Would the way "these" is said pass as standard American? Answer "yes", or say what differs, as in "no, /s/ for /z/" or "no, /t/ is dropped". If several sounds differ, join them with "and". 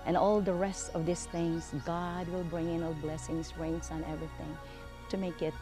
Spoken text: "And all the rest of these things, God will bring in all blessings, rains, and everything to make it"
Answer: no, /s/ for /z/